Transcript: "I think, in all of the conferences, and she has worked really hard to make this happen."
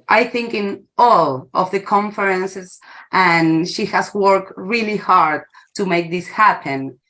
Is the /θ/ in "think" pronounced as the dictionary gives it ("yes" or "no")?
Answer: yes